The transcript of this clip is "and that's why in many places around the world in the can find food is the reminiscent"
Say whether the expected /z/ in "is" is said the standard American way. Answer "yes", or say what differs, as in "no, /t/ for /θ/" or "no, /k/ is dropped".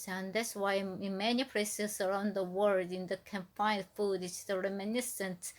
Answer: no, /s/ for /z/